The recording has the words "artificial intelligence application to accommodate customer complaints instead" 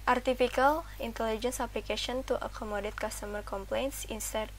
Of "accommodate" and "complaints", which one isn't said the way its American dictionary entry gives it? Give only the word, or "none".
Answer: none